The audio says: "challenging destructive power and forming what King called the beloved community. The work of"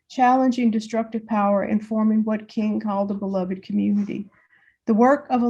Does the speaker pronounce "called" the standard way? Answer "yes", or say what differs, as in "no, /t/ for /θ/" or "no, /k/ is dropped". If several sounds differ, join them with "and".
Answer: yes